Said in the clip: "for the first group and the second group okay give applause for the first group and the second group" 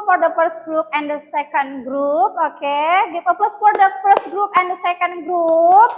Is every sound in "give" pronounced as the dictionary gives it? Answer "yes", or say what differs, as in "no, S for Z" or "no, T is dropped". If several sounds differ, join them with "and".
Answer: no, P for V